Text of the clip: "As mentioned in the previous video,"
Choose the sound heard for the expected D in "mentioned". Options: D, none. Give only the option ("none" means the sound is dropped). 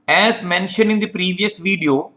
none